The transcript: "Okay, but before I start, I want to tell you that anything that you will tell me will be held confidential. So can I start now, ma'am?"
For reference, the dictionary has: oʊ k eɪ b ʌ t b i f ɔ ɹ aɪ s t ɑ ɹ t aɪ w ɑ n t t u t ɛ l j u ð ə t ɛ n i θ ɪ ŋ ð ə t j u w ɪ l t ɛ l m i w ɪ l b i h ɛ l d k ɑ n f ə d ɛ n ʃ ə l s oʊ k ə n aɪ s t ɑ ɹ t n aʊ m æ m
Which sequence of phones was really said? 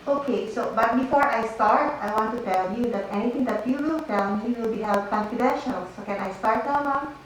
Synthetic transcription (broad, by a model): oʊ k eɪ b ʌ t b i f ɔ ɹ aɪ s t ɑ ɹ t aɪ w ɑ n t t u t ɛ l j u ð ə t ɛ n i t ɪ ŋ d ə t j u w ɪ l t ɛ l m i w ɪ l b i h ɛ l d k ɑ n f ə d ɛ n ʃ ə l s oʊ k ə n aɪ s t ɑ ɹ t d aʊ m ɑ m